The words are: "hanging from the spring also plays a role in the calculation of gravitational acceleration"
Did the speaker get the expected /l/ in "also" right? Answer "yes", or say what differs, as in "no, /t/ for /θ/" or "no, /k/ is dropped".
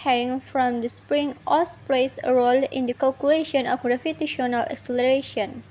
no, /l/ is dropped